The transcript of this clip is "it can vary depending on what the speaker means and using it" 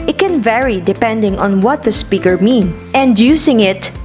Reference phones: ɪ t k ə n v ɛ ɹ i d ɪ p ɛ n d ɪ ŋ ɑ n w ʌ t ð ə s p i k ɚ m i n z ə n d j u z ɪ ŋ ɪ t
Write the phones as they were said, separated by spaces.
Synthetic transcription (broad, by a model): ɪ t k ə n v ɛ ɹ i d ɪ p ɛ n d ɪ ŋ ɑ n w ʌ t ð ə s p i k ɚ m i n ə n d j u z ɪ ŋ ɪ t